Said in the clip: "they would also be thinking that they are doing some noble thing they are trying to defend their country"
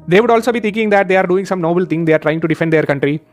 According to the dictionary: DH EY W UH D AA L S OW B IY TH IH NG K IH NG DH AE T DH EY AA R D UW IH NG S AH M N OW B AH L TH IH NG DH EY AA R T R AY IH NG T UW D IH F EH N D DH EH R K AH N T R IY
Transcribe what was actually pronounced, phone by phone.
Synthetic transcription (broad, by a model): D EY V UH D AA L S OW B IY T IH NG K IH NG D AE T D EY AA R D UW IH NG S AH M N OW B AH L T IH NG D EY AA R T R AY IH NG T UW D IH F EH N D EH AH R K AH N T R IY